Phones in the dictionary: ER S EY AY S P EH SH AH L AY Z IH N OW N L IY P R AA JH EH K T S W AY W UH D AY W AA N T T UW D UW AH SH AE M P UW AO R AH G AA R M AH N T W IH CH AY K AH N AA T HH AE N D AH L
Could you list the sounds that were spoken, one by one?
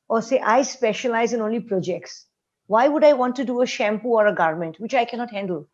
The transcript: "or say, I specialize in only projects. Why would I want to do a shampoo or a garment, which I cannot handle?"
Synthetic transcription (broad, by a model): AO S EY AY S P EH SH AH L AY Z IH N OW N L IY P R AA JH EH K T S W AY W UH D AY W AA N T T UW D UW AH SH AE M P UW AO R AH G AA R M AH N T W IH CH AY K AH N AA T HH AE N D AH L